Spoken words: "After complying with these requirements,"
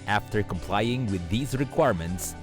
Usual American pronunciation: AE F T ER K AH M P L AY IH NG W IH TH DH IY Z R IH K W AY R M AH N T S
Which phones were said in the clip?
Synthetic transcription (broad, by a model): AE F T ER K AH M P L AY IH NG W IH DH IY Z R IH K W AY R M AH N T S